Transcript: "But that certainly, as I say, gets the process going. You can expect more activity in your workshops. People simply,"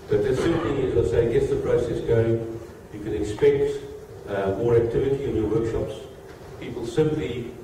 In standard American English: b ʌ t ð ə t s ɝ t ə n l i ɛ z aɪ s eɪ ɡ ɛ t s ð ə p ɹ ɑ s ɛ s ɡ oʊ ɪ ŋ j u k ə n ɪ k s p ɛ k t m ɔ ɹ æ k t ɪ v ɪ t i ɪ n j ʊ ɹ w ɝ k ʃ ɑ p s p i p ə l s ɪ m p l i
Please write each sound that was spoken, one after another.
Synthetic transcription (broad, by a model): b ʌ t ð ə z s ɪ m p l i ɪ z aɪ s eɪ ɡ ɛ t s ð ə p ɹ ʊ s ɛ s ɡ oʊ ɪ ŋ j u k ə n ɪ k s p ɛ k t m ɔ ɹ æ k t ɪ v ɪ t i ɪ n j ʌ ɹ w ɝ k ʃ ɑ p s p i p ə l s ɪ m p l i